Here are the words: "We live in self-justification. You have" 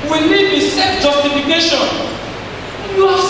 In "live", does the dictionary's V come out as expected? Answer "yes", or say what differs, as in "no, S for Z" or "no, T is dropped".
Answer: no, B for V